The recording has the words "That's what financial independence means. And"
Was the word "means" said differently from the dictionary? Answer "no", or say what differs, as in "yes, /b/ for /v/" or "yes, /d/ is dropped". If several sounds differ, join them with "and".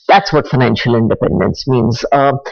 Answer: no